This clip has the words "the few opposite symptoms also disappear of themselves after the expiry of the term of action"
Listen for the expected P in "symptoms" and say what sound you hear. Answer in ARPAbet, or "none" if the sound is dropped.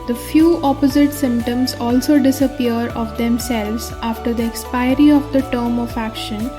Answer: P